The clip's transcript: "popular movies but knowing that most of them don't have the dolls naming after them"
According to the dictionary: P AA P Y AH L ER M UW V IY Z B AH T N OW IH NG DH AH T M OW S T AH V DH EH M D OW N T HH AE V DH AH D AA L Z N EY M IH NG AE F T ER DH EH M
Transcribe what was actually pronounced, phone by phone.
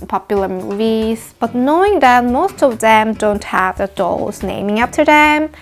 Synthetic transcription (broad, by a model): P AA P Y L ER M UW V IY Z B AH T N OW IH NG DH AH T M OW S T AH V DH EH M D OW N T HH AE V DH AH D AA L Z N EY M IH NG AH P T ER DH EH M